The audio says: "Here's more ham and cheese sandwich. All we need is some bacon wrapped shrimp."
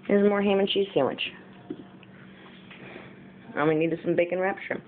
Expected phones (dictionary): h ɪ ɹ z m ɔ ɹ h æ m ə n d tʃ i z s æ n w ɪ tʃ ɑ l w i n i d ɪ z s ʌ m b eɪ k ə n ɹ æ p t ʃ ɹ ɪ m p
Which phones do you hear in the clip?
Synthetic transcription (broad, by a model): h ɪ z m ɔ ɹ h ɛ m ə n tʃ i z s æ w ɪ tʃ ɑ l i n i d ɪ s ʌ m b eɪ k ə n ɹ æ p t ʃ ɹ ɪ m